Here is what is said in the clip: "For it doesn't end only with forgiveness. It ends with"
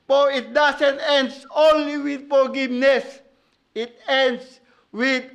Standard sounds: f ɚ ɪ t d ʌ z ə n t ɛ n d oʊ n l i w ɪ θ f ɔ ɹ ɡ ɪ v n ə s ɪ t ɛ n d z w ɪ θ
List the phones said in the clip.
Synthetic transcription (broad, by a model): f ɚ ɪ t d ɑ s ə n t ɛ n d oʊ n l i w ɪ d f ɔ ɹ ɡ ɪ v n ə s ɪ t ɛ n d s w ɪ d